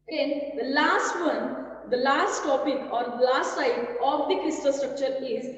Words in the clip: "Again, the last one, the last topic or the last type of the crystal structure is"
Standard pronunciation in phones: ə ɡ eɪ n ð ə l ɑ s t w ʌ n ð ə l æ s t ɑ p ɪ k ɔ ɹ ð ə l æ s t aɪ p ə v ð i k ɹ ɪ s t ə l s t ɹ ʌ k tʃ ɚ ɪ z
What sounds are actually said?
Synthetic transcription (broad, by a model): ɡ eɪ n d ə l ɑ s t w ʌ n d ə l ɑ s t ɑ p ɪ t ɔ ɹ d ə l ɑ s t aɪ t ə v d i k ɪ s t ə s t ɹ ʌ k tʃ ɚ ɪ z